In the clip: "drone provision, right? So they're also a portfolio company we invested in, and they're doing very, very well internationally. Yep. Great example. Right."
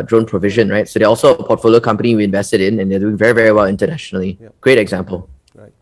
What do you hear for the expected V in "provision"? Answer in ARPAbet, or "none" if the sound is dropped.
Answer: V